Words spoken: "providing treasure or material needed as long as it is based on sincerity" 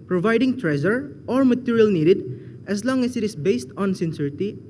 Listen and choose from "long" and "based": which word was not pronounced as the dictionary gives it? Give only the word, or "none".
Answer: none